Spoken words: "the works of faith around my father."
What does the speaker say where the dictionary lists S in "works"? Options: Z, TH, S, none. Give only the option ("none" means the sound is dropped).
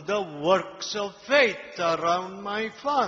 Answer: S